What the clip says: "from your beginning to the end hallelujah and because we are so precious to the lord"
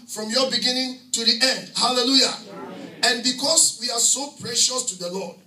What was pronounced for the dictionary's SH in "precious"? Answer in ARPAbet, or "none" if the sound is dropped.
SH